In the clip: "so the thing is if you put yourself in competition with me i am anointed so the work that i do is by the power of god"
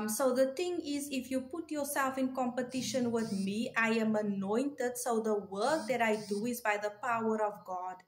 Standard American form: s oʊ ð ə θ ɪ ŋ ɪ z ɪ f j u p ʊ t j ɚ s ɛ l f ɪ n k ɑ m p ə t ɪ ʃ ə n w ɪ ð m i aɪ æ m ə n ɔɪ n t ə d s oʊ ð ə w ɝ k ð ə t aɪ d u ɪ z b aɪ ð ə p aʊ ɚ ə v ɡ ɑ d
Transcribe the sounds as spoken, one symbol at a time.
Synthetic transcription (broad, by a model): s oʊ ð ə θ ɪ ŋ ɪ z ɪ f j u p ʊ t j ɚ s ɛ l f ɪ n k ɑ m p ə t ɪ ʃ ə n w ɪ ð m i aɪ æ m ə n ɔɪ n t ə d s oʊ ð ə w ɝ k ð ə t aɪ d u ɪ z b aɪ ð ə p aʊ ɚ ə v ɡ ɑ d